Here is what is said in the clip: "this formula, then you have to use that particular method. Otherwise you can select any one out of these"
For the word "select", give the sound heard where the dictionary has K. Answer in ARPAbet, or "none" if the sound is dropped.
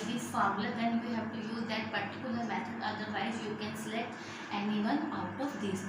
none